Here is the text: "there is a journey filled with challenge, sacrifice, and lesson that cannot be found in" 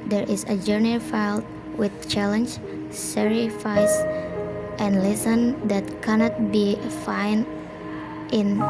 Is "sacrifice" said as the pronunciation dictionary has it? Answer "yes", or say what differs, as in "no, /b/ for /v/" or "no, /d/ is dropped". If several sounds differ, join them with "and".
no, /k/ is dropped